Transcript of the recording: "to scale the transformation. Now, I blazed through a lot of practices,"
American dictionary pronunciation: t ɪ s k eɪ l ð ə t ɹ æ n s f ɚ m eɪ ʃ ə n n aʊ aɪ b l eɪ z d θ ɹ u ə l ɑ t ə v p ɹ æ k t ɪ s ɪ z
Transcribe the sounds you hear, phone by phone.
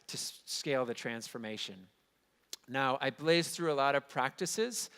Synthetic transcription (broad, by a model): t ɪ s k eɪ l ð ə t ɹ æ n s f ɚ m eɪ ʃ ə n n aʊ aɪ b l eɪ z θ ɹ u ə l ɑ t ə v p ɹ æ k t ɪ s ɪ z